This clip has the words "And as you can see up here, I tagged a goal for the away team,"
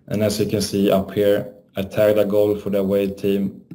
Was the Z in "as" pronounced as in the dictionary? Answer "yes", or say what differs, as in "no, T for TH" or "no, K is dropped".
no, S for Z